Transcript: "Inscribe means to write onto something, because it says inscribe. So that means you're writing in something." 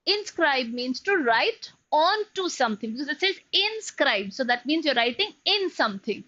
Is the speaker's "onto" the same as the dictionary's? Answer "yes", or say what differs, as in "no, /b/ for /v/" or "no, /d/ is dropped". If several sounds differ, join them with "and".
yes